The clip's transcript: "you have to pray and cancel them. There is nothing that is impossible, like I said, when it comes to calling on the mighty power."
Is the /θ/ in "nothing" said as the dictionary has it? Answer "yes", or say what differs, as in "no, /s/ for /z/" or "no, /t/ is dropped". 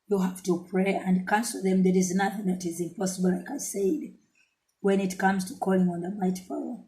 yes